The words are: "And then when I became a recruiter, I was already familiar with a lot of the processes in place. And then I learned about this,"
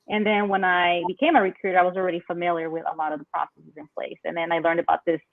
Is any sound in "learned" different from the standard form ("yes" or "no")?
no